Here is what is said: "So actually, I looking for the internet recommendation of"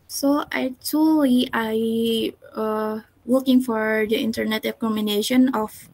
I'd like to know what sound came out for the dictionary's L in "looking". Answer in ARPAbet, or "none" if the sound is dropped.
W